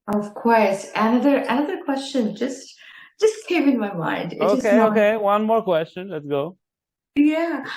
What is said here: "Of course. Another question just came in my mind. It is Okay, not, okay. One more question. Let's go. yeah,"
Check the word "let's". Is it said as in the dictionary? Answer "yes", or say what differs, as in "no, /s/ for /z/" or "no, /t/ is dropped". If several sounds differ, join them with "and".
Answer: yes